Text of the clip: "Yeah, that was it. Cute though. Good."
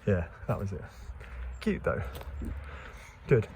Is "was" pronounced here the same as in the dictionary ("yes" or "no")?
yes